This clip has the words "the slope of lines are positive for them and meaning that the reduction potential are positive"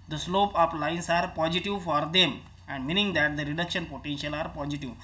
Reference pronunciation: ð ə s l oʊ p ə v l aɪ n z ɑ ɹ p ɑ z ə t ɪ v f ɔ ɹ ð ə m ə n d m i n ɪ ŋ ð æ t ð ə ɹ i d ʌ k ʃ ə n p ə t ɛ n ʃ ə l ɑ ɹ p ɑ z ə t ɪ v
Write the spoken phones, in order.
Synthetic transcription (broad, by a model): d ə s l oʊ p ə p l aɪ n s ɑ ɹ p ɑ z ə t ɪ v f ɔ ɹ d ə m ə n d m i n ɪ ŋ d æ t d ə ɹ i d ʌ k ʃ ə n p ə t ɛ n ʃ ə l ɑ ɹ p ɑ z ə t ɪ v